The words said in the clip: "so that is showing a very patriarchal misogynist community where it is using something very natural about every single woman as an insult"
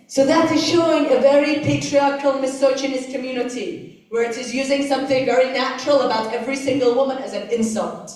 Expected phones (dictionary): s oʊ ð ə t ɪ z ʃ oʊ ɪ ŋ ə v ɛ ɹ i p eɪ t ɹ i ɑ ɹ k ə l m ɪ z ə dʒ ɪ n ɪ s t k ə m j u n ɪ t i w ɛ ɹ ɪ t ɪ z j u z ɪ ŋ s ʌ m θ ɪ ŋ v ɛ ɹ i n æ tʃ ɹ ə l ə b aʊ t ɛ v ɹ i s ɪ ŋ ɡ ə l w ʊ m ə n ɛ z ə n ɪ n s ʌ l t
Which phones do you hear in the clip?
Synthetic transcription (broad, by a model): s oʊ ð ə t ɪ z ʃ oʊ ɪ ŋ ə v ɛ ɹ i p eɪ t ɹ i ɑ ɹ k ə l m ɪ s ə tʃ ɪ n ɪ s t k ə m j u n ɪ t i w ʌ ɹ ɪ t ɪ z j u z ɪ ŋ s ʌ m θ ɪ ŋ v ɛ ɹ i n æ tʃ ɹ ə l ə b aʊ t ɛ v ɹ i s ɪ ŋ ɡ ə l w ʊ m ə n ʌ z ə n ɪ n s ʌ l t